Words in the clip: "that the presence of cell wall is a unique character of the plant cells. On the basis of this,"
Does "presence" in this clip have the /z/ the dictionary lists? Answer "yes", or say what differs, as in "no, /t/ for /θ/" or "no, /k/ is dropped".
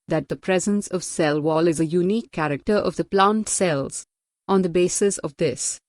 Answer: yes